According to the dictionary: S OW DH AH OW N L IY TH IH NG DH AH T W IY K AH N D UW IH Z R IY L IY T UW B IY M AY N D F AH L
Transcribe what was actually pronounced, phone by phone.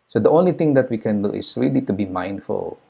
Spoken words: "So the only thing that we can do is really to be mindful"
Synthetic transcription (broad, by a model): S OW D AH OW N L IY T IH NG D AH T W IY K AH N D UW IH S R IY L IY T UW B IY M AY N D F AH L